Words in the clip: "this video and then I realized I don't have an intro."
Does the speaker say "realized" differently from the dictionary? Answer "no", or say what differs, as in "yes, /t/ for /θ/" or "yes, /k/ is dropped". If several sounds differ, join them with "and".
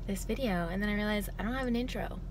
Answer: yes, /d/ is dropped